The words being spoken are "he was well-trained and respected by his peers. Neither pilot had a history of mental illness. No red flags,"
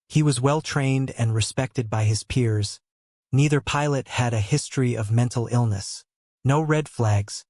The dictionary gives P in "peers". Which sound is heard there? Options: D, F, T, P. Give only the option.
P